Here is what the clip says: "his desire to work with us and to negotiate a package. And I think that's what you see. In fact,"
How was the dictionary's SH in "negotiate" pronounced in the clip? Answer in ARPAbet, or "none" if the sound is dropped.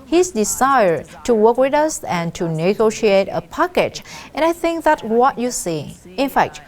SH